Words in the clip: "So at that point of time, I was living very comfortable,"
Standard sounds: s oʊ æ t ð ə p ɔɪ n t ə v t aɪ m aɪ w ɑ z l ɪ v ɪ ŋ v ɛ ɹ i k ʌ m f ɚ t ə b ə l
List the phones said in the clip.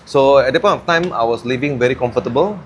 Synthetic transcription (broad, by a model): s oʊ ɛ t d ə p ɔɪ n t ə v t aɪ m aɪ w ɑ s l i v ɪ ŋ v ɛ ɹ i k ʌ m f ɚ t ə b ə l